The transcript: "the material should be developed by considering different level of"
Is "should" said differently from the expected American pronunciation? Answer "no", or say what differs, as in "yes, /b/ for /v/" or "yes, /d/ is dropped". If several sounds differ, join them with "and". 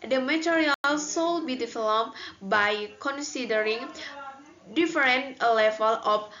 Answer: yes, /s/ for /ʃ/